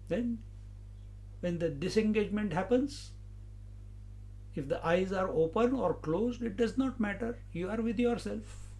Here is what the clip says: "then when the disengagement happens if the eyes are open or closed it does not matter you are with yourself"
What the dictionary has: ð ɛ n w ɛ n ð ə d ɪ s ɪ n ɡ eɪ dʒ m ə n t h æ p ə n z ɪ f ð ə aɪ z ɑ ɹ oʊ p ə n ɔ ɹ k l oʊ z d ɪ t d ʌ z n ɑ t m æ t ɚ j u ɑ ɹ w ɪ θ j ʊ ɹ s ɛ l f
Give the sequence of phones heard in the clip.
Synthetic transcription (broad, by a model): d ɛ n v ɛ n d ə d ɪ s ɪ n ɡ eɪ dʒ m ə n t h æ p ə n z ɪ f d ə aɪ z ɑ ɹ oʊ p ə n ɔ ɹ k l oʊ z d ɪ t d ʌ z n ɑ t m æ t ɚ j u ɑ ɹ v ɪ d j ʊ ɹ s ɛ l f